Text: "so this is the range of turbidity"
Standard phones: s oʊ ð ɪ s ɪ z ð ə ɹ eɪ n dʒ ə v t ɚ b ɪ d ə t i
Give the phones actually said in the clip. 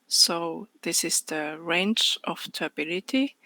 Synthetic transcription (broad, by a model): s oʊ ð ɪ s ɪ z ð ə ɹ eɪ n tʃ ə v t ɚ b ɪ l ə t i